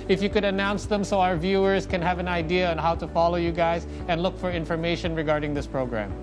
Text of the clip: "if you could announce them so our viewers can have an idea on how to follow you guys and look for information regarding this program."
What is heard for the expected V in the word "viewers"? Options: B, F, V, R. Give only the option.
V